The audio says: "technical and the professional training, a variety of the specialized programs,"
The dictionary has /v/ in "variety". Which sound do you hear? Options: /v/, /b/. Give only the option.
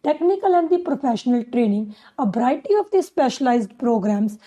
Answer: /b/